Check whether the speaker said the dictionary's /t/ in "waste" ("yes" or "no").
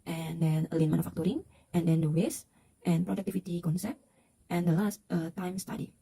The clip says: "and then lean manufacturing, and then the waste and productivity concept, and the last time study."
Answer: yes